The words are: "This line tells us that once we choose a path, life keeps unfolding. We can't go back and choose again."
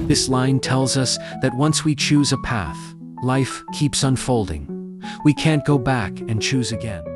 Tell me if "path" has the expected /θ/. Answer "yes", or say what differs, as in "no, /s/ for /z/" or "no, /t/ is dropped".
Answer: yes